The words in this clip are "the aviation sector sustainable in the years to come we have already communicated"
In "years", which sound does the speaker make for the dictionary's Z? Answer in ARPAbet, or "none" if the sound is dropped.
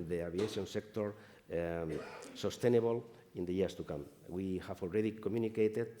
S